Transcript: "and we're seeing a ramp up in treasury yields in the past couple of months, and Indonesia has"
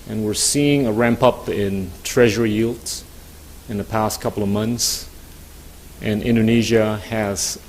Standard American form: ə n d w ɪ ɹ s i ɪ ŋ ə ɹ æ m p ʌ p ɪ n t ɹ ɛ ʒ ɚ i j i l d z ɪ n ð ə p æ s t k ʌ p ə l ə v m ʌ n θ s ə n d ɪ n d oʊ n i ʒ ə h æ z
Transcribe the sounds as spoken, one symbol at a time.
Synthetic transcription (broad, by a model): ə n w ɪ ɹ s i ɪ ŋ ə ɹ æ m p ʌ p ɪ n t ɹ ɛ ʒ ɚ i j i l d ɪ n ð ə p æ s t k ʌ p l ə v m ʌ n θ s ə n ɪ n d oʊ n i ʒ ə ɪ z